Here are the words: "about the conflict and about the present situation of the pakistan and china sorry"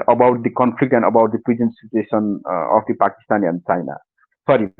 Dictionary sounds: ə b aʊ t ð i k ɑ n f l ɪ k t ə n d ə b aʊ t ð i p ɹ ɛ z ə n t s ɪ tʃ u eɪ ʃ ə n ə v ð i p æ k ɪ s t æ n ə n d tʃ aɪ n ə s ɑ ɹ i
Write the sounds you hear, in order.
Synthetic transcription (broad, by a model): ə b aʊ t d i k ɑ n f l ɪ k t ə n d ə b aʊ t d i p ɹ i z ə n s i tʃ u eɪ s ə n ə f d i p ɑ k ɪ s t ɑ n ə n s aɪ n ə s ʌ ɹ i